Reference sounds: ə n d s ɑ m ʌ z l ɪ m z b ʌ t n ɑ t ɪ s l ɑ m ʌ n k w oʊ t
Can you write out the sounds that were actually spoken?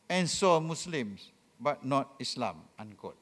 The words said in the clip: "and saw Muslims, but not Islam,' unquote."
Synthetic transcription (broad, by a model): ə n s ɑ m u s l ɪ m s b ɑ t n ɑ t ɪ s l ɑ m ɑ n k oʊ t